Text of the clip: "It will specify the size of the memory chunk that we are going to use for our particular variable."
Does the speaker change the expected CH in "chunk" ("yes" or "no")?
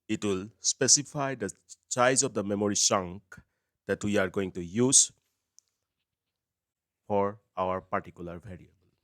yes